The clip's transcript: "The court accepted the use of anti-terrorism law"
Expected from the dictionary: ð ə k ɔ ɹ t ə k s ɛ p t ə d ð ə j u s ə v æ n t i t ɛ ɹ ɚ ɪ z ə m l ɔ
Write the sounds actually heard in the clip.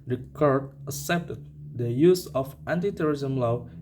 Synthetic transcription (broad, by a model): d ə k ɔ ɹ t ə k s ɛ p t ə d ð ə j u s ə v æ n t i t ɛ ɹ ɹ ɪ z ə m l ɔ